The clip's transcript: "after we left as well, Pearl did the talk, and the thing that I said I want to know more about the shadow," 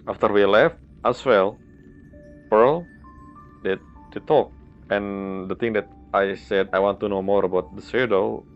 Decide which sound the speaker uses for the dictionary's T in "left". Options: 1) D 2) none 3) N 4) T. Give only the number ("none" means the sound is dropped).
4